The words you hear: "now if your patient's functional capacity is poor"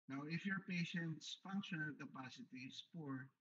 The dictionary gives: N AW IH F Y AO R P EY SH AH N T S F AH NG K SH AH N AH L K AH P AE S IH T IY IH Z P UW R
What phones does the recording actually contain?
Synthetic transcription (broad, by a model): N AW IH F Y AO R P EY SH AH N T S F AH NG K SH AH N AH L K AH P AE S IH T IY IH S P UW R